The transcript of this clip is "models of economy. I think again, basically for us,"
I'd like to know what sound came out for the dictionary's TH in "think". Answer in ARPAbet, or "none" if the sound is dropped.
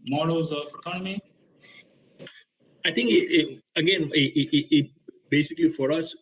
T